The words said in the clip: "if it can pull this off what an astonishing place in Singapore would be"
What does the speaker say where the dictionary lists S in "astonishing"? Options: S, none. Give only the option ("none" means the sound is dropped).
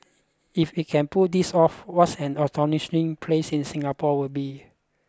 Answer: none